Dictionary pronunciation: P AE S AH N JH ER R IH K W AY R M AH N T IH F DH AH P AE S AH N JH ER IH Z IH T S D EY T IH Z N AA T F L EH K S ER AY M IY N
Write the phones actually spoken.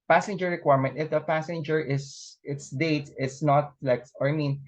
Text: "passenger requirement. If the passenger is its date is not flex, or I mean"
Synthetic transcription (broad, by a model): P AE S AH N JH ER R IH K W AY R M AH N T IH F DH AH P AE S AH N JH ER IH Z IH T S D EY T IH S N AA T L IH K ER AY M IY N